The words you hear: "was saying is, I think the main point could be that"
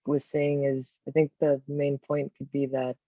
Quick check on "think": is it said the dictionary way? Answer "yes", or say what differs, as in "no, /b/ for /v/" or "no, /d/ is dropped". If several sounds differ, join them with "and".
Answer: yes